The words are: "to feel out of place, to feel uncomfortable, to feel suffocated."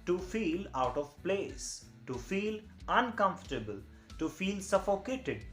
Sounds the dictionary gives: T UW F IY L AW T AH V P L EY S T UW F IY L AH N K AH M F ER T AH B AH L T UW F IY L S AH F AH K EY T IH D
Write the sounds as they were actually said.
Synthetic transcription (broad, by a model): T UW F IY L AW T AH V P L EY S T UW F IY L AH N K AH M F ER T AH B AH L T UW F IY L S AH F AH K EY T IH D